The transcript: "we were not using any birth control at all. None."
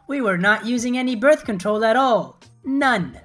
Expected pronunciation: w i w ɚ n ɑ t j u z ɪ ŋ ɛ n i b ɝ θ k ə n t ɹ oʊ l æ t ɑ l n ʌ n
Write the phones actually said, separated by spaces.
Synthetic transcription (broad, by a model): w i w ɚ n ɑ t j u z ɪ ŋ ɛ n i b ɝ θ k ə n t ɹ oʊ l æ t ɑ l n ʌ n